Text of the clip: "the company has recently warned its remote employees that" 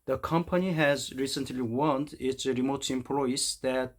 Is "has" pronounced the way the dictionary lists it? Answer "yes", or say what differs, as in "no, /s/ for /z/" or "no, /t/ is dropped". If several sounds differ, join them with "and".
yes